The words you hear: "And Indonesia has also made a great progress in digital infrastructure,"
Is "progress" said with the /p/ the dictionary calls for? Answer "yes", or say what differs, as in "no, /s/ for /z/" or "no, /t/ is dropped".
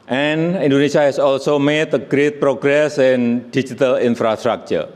yes